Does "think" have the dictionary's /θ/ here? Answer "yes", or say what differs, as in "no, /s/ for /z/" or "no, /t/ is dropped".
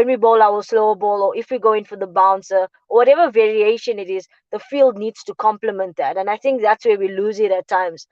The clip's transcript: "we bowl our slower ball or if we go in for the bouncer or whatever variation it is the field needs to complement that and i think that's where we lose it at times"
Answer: yes